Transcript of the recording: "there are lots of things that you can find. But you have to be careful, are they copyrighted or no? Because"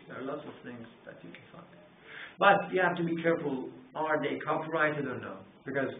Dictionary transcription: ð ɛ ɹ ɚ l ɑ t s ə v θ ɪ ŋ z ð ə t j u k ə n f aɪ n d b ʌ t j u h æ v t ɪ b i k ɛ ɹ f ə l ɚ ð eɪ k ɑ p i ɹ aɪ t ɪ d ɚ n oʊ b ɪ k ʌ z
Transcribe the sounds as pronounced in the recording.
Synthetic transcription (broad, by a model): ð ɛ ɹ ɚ l ɑ t s ə v θ ɪ ŋ z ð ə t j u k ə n f aɪ n d b ʌ t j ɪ h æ f t ɪ b i k ɛ ɹ f ə l ɚ ð eɪ k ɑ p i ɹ aɪ t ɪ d ɚ n oʊ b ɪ k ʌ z